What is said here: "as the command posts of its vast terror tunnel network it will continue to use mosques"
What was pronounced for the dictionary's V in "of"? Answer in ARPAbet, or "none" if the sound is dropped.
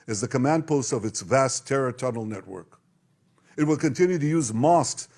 V